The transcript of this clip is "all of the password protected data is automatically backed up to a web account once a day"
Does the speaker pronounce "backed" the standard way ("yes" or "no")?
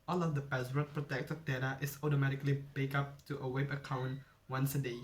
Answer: no